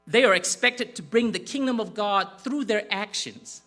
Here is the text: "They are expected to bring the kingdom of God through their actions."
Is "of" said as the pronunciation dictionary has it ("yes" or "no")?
yes